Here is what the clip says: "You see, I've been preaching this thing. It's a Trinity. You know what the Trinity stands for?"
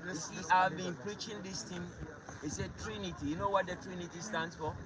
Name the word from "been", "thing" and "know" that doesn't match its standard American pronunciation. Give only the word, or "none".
thing